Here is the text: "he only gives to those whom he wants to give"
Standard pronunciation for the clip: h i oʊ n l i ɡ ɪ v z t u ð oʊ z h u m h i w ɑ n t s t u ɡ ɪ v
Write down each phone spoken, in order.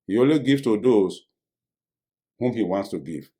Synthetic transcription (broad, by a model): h i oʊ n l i ɡ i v t u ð oʊ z h u m h i w ɑ n t s t u ɡ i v